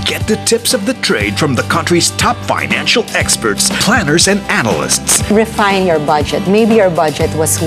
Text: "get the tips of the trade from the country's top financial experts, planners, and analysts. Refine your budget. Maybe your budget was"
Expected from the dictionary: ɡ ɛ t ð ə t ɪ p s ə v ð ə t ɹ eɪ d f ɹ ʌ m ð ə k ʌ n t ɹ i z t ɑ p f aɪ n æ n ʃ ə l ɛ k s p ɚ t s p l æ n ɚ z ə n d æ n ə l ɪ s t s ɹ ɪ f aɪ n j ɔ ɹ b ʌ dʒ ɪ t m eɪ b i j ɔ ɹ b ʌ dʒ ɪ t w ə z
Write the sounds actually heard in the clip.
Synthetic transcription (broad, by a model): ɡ ɛ t ð ə t ɪ p s ə v ð ə t ɹ eɪ d f ɹ ʌ m ð ə k ʌ n t ɹ i z t ɑ p f aɪ n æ n ʃ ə l ɛ k s p ɚ t s p l æ n ɚ z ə n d æ n ə l ɪ s t s ɹ ɪ f aɪ n j ɔ ɹ b ʌ dʒ ɪ t m eɪ b i j ɔ ɹ b ʌ dʒ ɪ t w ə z